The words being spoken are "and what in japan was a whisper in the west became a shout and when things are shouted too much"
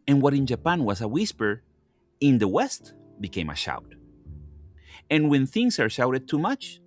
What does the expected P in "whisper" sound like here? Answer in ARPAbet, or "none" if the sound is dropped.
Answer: P